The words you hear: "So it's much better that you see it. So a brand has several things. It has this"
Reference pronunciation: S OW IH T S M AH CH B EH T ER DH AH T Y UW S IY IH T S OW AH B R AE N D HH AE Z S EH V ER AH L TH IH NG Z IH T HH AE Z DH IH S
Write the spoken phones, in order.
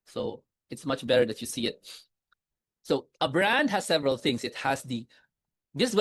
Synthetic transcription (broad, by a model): S OW IH T S M AH CH B EH T ER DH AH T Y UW S IY IH T S OW AH B R AE N D HH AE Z S EH V ER AH L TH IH NG S IH T HH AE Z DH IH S